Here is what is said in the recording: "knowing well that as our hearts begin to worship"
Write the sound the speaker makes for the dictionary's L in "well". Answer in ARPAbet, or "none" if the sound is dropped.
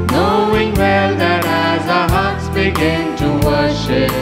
L